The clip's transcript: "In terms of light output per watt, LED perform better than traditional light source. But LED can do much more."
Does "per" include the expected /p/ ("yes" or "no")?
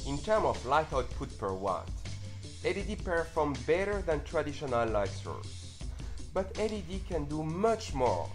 yes